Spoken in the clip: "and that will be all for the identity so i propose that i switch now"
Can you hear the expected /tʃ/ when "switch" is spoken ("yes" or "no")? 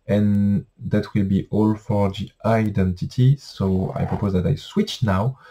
yes